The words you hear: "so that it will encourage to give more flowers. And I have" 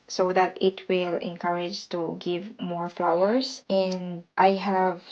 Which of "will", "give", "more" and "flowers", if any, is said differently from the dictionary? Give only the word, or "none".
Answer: flowers